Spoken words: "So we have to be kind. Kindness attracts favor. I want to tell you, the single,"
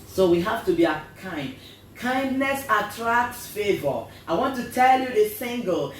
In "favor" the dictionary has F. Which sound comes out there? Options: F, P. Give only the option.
F